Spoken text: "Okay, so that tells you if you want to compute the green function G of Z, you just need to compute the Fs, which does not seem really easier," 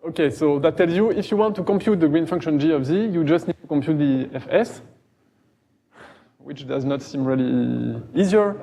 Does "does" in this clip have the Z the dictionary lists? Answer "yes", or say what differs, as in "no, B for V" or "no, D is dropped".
yes